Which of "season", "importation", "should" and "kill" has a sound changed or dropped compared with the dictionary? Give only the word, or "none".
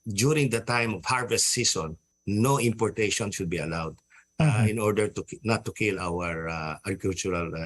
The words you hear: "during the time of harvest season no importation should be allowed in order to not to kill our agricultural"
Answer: season